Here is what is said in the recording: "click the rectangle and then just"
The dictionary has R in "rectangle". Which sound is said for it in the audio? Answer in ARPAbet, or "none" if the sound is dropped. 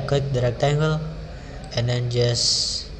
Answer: R